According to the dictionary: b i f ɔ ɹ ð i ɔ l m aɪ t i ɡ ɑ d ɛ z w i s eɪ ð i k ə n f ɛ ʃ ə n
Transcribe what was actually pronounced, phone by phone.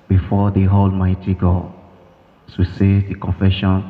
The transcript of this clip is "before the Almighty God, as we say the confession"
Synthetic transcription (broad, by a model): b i f ɔ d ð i ɔ l m aɪ t i ɡ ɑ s w i s eɪ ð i k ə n f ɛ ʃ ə n